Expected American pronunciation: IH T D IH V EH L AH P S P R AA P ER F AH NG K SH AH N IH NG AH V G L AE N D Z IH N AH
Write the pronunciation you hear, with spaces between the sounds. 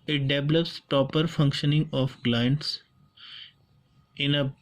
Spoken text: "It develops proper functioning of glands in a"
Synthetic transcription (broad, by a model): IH T D IH V EH L AH P S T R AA P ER F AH NG K SH AH N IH NG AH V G L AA N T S IH N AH